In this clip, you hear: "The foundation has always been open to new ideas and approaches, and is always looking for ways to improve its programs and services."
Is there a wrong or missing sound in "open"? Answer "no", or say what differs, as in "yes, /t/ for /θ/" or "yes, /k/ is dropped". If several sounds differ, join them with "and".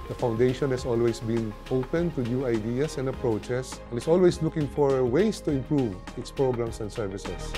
no